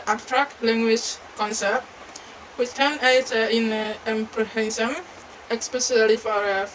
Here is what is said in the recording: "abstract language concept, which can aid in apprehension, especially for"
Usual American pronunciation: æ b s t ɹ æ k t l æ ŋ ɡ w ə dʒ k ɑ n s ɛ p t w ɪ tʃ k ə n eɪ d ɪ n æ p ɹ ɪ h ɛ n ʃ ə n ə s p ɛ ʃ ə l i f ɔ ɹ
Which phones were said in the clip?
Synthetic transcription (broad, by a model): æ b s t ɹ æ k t l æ ŋ ɡ w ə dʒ k ɑ n s ɛ p t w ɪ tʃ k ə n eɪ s ɪ n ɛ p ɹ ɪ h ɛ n s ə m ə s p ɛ s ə l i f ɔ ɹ